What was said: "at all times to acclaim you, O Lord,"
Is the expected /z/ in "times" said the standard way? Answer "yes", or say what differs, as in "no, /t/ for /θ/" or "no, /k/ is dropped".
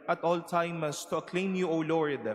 no, /s/ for /z/